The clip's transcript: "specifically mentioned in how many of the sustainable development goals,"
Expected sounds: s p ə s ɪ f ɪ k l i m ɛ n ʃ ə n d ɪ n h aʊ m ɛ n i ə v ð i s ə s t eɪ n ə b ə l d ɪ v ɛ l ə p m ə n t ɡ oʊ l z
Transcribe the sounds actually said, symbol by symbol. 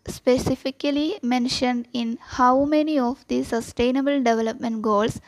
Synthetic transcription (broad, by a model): s p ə s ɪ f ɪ k l i m ɛ n ʃ ə n d ɪ n h aʊ m ɛ n i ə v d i s ə s t eɪ n ə b ə l d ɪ v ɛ l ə p m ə n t ɡ oʊ l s